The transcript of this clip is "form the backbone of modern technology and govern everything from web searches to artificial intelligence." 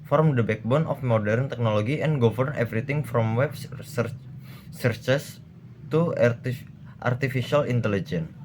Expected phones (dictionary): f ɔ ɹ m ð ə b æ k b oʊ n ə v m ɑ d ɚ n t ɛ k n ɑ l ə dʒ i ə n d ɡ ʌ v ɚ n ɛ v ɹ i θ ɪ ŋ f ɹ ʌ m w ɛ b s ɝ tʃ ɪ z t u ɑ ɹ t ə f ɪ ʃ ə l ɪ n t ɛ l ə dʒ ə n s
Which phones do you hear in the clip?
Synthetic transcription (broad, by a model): f ɔ ɹ m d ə b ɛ k b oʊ n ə f m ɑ d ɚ n t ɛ k n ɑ l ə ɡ i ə n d ɡ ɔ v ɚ n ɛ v ɹ i t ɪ ŋ f ɹ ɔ m w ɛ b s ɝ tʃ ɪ s t u ɑ ɹ t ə f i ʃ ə l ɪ n t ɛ l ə dʒ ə n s